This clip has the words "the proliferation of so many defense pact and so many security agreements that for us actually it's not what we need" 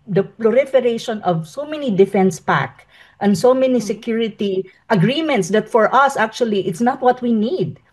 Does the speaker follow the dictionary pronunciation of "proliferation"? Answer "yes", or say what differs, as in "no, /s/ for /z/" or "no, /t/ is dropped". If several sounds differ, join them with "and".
no, /l/ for /ɹ/